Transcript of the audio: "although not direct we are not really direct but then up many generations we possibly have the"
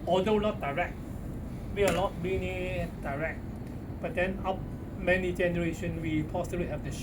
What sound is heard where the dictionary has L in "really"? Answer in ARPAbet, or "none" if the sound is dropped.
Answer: N